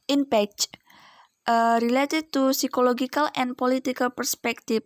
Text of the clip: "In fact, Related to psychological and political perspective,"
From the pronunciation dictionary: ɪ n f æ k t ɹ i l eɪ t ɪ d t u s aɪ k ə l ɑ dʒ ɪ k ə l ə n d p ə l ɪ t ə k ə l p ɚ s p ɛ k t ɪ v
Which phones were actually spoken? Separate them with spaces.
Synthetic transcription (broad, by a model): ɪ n p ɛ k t ɹ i l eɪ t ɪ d t u s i k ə l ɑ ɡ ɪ k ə l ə n p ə l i t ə k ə l p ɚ s p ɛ k t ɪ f